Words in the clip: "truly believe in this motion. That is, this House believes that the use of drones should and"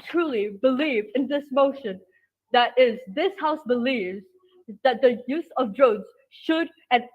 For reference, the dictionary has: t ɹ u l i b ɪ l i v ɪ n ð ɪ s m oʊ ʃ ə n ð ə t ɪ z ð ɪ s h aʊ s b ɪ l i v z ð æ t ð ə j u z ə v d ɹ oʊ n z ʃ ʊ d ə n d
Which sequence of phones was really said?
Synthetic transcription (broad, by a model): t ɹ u l i b ɪ l i v ɪ n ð ɪ s m oʊ ʃ ə n ð ə t ɪ z ð ɪ s h aʊ s b ɪ l i v z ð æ t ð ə j u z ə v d ɹ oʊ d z ʃ ʊ d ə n